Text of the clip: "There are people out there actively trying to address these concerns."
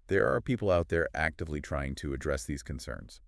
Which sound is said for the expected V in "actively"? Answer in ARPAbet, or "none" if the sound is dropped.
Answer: V